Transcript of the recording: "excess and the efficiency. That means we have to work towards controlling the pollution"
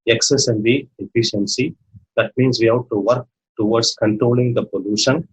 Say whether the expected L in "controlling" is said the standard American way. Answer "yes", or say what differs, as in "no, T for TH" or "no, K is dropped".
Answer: yes